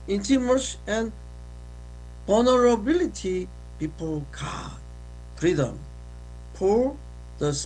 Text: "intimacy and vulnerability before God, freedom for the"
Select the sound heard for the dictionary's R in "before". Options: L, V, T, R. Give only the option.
L